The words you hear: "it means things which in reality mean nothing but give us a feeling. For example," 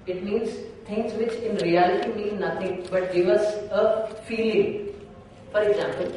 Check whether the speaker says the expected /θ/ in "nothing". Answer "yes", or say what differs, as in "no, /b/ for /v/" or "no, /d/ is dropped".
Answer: no, /t/ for /θ/